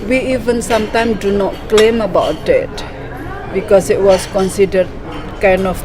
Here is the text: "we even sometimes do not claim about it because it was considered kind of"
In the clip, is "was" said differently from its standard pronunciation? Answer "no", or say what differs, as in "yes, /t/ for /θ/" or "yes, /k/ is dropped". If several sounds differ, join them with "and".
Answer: yes, /s/ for /z/